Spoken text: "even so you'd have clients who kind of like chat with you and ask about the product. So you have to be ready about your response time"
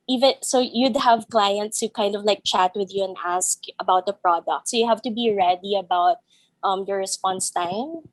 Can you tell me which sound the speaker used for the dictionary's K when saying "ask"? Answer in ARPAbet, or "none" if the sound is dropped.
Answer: K